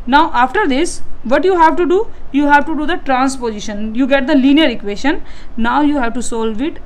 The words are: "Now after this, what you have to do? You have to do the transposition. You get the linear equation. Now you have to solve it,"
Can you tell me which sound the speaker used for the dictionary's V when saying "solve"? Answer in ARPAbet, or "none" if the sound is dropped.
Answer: V